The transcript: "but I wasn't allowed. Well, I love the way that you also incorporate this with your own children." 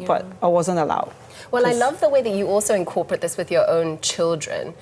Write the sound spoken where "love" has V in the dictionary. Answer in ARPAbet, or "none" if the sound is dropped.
V